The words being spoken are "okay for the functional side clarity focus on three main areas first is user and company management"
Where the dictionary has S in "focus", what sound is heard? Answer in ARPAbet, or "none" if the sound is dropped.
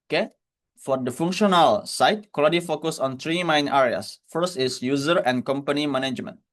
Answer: S